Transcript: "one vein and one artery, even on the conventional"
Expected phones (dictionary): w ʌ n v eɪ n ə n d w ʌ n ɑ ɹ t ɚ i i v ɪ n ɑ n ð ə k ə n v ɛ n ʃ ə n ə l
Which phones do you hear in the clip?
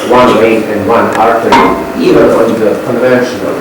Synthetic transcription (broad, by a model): w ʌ n w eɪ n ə n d w ʌ n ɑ ɹ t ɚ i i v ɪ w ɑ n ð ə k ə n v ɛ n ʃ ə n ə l